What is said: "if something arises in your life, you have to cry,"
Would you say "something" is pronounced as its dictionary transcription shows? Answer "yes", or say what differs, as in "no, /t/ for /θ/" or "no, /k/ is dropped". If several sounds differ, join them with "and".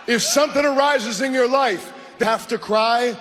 yes